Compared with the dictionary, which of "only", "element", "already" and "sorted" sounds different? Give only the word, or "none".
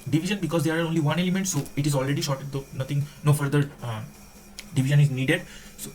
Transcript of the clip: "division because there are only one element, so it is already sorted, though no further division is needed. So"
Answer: sorted